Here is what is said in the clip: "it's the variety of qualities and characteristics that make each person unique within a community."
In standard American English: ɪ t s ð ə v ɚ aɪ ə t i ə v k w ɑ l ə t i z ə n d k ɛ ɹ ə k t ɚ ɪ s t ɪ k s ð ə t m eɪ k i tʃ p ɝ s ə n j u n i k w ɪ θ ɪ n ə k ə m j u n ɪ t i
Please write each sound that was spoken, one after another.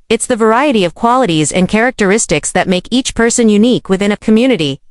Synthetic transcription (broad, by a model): ɪ t s ð ə v ɚ aɪ ə t i ə v k w ɑ l ə t i z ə n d k ɛ ɹ ə k t ɚ ɪ s t ɪ k s ð ə t m eɪ k i tʃ p ɝ s ə n j u n i k w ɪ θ ɪ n ə k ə m j u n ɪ t i